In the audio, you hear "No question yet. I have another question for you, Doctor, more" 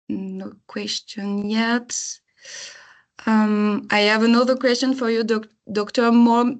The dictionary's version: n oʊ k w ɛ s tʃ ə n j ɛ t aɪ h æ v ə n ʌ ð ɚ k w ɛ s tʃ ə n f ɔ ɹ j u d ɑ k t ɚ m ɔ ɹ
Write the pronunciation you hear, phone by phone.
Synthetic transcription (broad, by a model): n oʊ k w ɛ s tʃ ə n j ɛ t aɪ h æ v ə n ʌ ð ɚ k w ɛ s tʃ ə n f ɔ ɹ j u d ɑ k t ɚ m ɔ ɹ